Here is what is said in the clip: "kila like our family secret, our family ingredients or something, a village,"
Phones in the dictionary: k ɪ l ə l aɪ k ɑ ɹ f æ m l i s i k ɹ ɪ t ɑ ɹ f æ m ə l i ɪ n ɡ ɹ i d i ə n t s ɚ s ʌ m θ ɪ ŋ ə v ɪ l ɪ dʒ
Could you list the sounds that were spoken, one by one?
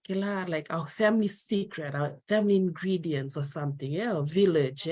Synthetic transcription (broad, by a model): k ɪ l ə l aɪ k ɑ w f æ m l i s i k ɹ ɪ t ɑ w f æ m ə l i ɪ n ɡ ɹ i d i ə n t s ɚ s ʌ m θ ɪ ŋ ə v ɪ l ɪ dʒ